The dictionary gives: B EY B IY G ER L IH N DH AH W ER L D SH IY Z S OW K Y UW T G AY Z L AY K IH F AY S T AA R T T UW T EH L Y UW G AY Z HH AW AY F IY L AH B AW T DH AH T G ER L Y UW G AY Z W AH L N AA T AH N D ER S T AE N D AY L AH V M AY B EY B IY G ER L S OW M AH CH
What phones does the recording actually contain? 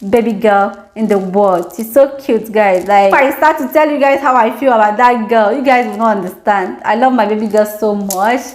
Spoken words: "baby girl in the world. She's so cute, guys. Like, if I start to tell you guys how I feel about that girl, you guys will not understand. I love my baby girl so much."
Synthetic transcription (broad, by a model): B EY B IY G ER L IH N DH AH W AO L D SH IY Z S OW K Y UW T G AY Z L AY IH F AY S T AA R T T UW T EH L Y UW G AY Z HH AW AY F IY L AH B AW T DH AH T G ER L Y UW G AY Z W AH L N AA T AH N D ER S T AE N D AY L AH V M AY B EY B IY G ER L S OW M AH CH